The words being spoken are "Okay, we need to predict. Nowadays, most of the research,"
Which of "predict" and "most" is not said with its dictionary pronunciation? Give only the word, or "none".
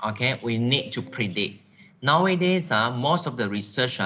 predict